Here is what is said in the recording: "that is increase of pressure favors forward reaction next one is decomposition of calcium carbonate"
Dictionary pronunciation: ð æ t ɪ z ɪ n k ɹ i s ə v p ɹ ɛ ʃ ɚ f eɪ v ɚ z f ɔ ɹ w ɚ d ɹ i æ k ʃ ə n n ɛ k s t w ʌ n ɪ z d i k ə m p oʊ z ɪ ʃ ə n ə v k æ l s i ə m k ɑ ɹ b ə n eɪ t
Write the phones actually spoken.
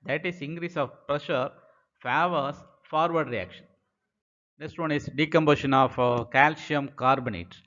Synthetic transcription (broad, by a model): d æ t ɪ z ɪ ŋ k ɹ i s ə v p ɹ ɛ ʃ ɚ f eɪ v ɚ s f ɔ ɹ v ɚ d ɹ i æ k ʃ ə n n ɛ k s t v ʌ n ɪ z d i k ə m b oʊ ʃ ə n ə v k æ l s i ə m k ɑ ɹ b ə n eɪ t